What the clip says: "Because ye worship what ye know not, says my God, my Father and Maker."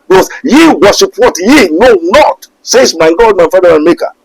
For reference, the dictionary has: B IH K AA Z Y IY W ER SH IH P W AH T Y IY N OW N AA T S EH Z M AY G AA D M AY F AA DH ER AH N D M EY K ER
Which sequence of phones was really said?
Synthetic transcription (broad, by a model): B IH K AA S Y IY W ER S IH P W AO T Y IY N OW N AA T S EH S M AY G AA D M AY F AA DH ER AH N M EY K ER